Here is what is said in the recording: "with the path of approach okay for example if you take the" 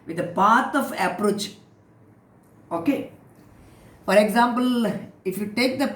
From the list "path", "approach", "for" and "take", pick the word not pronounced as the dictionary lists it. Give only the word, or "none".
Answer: path